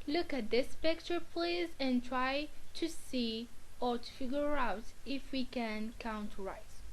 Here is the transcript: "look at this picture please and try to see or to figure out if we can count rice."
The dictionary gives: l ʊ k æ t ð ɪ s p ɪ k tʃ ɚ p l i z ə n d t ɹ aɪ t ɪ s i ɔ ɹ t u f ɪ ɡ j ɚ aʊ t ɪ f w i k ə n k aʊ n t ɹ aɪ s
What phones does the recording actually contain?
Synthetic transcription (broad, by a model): l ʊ k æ t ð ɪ s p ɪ k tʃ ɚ p l i z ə n t ɹ aɪ t ɪ s i ɔ ɹ t u f ɪ ɡ j ɚ aʊ t ɪ f w i k ə n k aʊ n t ɹ aɪ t